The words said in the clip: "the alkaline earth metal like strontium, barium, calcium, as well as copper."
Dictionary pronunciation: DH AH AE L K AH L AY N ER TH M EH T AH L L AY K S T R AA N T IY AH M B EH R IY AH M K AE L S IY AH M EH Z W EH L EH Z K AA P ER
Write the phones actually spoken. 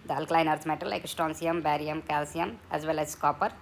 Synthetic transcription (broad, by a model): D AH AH L K L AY N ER T M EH T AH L L AY K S T AA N S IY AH M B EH R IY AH M K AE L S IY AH M EH Z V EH L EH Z K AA P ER